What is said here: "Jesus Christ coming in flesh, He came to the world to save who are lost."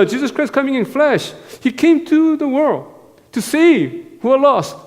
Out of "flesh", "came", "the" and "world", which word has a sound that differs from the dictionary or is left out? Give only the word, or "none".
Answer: none